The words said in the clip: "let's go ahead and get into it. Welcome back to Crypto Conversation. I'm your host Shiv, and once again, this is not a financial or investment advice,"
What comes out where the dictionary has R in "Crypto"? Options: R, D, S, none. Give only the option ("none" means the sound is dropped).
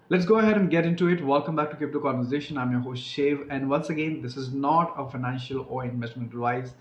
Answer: none